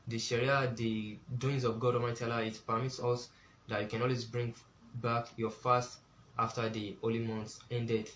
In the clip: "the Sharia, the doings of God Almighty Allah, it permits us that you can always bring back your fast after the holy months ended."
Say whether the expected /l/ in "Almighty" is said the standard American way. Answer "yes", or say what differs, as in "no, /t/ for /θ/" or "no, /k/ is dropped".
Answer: no, /l/ is dropped